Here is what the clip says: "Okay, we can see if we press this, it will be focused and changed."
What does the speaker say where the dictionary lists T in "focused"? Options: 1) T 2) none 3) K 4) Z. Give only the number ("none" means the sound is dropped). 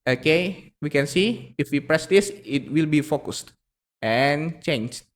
1